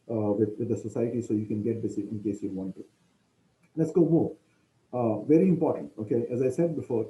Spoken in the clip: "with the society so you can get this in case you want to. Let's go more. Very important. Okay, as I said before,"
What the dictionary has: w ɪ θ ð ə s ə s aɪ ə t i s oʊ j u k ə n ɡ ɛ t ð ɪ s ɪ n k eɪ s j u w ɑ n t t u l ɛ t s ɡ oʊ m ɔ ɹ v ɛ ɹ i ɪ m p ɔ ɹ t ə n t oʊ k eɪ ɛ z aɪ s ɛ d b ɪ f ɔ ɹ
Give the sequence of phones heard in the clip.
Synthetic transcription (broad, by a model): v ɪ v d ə s ə s aɪ ə t i s oʊ j u k ə n ɡ ɛ t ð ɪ s ɪ n k eɪ s j u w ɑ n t t u l ɛ t s ɡ oʊ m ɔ v ɛ ɹ i ɪ m p ɔ ɹ t ə n t oʊ k eɪ ɛ z aɪ s ɛ d b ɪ f ɔ ɹ